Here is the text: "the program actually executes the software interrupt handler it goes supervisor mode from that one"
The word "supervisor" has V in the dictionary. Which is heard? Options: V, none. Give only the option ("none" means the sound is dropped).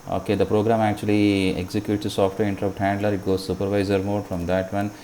V